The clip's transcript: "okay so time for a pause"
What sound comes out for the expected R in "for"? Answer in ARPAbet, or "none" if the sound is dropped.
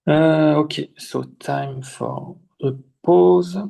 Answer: L